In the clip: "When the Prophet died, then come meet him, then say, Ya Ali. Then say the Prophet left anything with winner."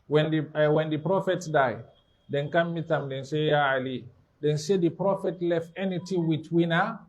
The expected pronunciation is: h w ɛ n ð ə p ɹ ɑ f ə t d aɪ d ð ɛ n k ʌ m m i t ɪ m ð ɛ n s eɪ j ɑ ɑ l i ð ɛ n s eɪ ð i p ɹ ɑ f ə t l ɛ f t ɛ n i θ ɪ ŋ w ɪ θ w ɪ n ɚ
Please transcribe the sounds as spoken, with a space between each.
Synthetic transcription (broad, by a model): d w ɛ n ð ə p ɹ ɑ f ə t d aɪ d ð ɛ n k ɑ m m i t ɪ m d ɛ n s eɪ j ɑ ɑ l i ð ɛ n s eɪ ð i p ɹ ɑ f ə t l ɛ f t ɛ n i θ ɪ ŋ w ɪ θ w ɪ n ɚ